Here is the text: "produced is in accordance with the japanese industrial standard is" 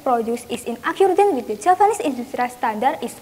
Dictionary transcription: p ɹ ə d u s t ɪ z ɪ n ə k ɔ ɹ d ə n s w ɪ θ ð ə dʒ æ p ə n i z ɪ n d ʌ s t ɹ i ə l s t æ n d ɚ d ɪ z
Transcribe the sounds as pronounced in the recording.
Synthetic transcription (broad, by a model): p ɹ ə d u s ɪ s ɪ n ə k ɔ ɹ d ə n w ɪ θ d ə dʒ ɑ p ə n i s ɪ n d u s t ɹ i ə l s t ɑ n d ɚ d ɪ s